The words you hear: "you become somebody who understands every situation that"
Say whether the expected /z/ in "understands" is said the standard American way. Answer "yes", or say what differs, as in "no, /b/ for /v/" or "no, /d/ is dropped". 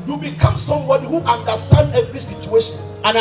no, /z/ is dropped